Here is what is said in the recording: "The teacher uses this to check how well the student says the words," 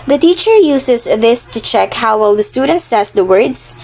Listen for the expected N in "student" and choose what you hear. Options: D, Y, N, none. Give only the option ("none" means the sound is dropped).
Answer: N